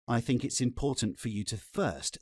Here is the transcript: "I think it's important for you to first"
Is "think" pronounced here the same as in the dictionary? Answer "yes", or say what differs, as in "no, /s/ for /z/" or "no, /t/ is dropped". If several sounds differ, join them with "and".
yes